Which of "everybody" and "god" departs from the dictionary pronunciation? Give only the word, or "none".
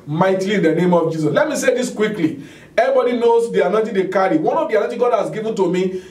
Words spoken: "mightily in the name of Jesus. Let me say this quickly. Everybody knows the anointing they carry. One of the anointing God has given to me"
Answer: everybody